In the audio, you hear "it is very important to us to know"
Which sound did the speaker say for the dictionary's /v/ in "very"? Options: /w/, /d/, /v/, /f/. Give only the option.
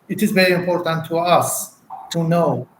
/v/